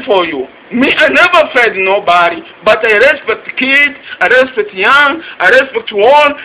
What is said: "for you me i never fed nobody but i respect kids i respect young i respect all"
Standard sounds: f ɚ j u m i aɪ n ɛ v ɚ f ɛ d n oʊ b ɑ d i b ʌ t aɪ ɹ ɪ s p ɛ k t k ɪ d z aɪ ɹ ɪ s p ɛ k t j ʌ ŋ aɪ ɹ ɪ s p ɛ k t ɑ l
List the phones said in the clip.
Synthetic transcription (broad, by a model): f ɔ j u m i aɪ n ɛ v ɚ f ɛ d n oʊ b ɑ d i b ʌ t aɪ ɹ ɪ s p ɛ k t k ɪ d aɪ ɹ ɪ s p ɛ k t j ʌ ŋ aɪ ɹ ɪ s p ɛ k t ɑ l